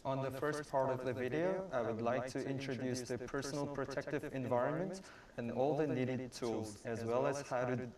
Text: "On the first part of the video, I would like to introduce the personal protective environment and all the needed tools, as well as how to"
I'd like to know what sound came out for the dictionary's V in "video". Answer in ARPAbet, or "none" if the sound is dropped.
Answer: V